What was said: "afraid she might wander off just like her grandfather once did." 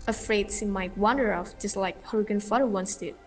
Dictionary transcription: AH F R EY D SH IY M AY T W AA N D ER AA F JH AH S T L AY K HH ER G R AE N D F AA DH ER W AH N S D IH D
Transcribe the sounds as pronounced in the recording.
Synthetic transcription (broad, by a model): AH F R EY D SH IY M AY T W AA N D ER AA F JH AH S T L AY K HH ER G IH N F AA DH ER W AH N S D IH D